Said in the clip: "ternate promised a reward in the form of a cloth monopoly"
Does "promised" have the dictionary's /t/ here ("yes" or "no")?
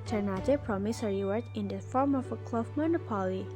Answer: no